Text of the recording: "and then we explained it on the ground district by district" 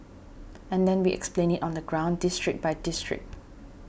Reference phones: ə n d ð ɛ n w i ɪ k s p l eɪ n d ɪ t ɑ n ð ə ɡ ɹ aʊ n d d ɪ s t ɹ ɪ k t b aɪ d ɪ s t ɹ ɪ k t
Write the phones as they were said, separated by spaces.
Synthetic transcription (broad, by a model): ə n d ɛ n w i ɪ k s p l eɪ n ɪ t ɑ n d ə ɡ ɹ aʊ n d d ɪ s t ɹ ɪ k b aɪ d ɪ s t ɹ ɪ k t